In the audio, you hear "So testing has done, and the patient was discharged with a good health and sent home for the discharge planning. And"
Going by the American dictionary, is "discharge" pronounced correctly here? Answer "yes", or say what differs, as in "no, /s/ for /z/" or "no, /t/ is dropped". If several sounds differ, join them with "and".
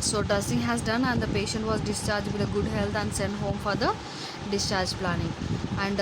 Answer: yes